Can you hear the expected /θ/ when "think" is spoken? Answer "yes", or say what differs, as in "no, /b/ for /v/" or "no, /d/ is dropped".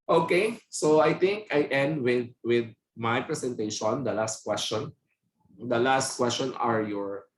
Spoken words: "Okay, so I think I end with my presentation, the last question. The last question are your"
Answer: no, /t/ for /θ/